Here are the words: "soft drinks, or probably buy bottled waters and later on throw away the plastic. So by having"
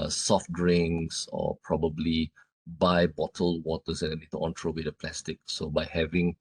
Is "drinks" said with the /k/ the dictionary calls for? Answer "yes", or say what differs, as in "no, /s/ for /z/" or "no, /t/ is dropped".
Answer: no, /k/ is dropped